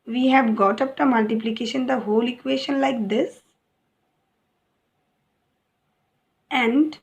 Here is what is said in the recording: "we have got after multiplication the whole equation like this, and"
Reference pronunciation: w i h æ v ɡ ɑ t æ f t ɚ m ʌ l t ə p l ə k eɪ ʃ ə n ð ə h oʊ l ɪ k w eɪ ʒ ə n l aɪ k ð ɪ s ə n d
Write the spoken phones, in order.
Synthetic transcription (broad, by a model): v i h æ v ɡ ɑ t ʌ p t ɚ m ʌ l t ə p l ə k eɪ ʃ ə n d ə h oʊ l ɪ k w eɪ ʃ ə n l aɪ k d ɪ s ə n d